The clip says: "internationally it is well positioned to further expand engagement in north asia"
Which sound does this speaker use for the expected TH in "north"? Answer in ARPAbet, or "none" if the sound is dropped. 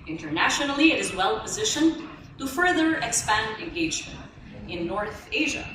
TH